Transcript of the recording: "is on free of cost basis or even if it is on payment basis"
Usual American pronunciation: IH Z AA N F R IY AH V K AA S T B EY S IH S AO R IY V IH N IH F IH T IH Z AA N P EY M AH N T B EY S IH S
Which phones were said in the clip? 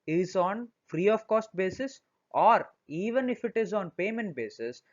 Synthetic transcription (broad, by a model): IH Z AA N F R IY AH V K AA S T B EY S IH S AO R IY V IH N IH F IH T IH Z AA N P EY M AH N T B EY S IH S